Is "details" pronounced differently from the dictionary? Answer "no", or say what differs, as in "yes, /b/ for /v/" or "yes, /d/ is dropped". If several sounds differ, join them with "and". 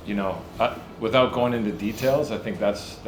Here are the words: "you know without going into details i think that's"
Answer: no